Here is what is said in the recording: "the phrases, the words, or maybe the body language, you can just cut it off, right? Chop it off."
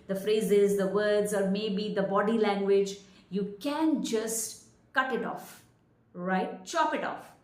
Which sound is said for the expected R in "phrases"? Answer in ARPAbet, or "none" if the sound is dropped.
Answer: R